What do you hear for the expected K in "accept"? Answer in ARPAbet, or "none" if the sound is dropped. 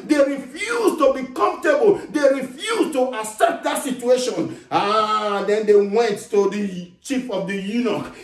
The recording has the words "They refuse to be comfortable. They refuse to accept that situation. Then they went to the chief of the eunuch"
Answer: none